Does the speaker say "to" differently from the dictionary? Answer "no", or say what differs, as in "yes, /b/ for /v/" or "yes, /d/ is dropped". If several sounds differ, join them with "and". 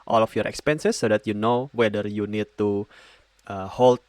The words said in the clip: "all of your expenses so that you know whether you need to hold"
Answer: no